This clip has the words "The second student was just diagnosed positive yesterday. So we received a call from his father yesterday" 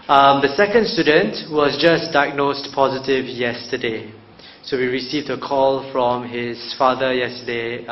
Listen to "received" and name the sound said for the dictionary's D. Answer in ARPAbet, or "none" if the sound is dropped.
D